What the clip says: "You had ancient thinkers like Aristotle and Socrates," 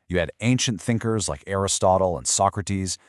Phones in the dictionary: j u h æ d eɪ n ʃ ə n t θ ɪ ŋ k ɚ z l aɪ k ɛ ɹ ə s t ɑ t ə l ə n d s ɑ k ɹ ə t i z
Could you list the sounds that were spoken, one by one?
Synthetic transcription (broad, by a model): j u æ d eɪ n ʃ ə n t θ ɪ ŋ k ɚ z l aɪ k ɛ ɹ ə s t ɑ t l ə n s ɑ k ɹ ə t i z